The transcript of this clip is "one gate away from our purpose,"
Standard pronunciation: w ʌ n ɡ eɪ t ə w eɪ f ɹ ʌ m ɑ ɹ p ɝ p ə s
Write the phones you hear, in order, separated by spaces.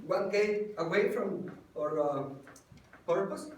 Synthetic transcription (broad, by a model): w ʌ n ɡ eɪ ə w eɪ f ɹ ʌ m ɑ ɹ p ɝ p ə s